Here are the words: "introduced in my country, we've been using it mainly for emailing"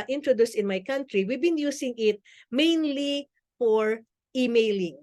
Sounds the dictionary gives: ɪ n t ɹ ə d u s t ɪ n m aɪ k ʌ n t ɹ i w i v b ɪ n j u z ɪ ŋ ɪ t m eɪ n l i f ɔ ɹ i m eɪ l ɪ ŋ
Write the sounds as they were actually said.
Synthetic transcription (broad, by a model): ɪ n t ɹ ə d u s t ɪ n m aɪ k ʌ n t ɹ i w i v b ɪ n j u s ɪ ŋ ɪ t m eɪ n l i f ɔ ɹ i m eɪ l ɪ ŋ